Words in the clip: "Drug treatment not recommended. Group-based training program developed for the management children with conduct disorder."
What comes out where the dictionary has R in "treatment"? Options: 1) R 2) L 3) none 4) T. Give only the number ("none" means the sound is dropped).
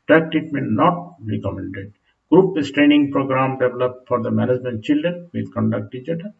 3